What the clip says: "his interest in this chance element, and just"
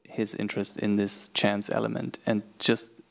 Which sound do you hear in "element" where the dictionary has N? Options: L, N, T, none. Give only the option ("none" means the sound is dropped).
N